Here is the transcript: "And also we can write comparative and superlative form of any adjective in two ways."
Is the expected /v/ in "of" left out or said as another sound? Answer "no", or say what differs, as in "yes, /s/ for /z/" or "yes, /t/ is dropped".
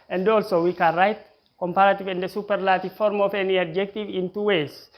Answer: yes, /f/ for /v/